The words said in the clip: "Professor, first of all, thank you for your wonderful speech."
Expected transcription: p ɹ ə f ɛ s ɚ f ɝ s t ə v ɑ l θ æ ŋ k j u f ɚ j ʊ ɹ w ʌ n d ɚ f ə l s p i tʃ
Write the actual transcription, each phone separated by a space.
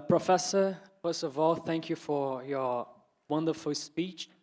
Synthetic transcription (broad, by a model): p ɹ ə f ɛ s ɚ f ɝ s t ə v ɑ l θ æ ŋ k j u f ɚ j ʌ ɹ w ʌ n d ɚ f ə l s p i tʃ